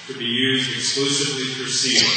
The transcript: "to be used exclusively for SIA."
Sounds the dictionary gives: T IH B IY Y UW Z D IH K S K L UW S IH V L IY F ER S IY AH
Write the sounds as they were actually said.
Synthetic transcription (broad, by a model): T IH B IY Y UW Z D IH K S K L UW S IH V L IY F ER S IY